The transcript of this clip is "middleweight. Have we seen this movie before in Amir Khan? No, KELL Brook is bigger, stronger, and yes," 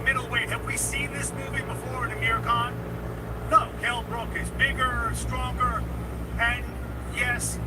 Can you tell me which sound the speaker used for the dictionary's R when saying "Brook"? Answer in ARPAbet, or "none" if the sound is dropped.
R